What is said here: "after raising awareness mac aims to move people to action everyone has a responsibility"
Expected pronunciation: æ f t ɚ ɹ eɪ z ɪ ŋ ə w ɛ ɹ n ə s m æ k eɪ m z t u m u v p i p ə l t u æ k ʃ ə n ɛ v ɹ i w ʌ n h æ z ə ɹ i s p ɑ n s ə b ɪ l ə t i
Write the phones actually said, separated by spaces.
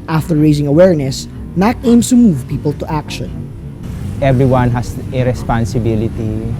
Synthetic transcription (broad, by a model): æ f t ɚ ɹ eɪ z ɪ ŋ ə w ɛ ɹ n ə s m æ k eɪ m s t u m u v p i p ə l t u æ k ʃ ə n ɛ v ɹ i w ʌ n h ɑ s ə ɹ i s p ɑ n s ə b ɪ l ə t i